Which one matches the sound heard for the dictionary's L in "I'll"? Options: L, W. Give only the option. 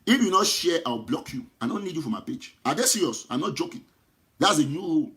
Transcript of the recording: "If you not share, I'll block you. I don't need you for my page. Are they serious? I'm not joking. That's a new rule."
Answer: W